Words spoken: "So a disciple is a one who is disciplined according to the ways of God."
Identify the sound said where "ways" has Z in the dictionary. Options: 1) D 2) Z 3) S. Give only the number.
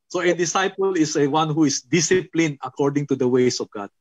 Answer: 3